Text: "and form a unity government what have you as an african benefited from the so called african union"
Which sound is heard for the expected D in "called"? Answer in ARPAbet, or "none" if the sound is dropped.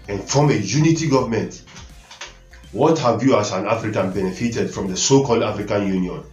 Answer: D